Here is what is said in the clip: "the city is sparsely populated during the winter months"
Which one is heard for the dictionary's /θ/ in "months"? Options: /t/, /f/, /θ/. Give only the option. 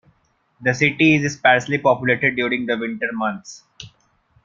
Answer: /t/